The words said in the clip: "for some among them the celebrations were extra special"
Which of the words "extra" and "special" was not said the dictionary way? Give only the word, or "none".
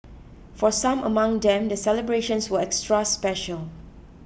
none